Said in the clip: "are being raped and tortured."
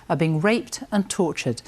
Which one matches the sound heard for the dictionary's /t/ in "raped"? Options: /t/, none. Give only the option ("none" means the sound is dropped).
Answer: /t/